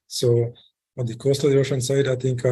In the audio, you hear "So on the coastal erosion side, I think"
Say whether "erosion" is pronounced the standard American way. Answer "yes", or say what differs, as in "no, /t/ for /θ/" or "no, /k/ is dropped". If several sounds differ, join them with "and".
no, /ɹ/ is dropped and /ʃ/ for /ʒ/